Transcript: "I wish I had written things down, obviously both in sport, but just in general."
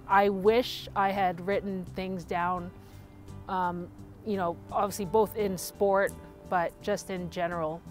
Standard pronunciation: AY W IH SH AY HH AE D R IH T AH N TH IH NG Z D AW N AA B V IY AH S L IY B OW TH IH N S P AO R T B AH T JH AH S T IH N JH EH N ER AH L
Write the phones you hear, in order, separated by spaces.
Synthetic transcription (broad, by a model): AY W IH SH AY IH D R IH T N TH IH NG Z D AW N AA B V IY AH S L IY B OW TH IH N S P AO R T B AH T JH AH S T IH N JH EH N ER L